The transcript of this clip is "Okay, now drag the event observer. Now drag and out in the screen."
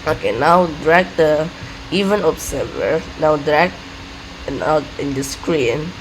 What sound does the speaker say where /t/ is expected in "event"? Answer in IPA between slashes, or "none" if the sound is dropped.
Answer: none